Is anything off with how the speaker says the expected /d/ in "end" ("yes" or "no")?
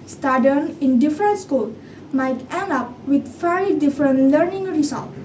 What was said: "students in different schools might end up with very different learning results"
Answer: yes